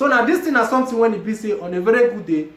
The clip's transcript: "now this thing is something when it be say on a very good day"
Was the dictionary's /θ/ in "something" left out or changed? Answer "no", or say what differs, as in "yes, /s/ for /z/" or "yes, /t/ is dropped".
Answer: yes, /t/ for /θ/